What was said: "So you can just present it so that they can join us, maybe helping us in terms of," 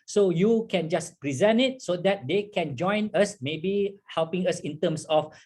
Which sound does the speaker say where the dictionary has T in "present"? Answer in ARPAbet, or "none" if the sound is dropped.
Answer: none